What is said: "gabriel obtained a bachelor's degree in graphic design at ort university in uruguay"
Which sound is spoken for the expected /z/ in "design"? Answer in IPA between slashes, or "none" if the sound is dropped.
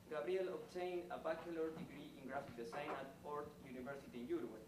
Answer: /s/